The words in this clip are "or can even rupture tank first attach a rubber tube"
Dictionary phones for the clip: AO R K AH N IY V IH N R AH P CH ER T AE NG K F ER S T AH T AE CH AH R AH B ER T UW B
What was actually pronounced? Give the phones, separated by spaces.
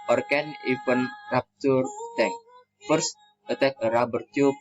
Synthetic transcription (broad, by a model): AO R K AH N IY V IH N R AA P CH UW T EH K F ER S T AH T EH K AH R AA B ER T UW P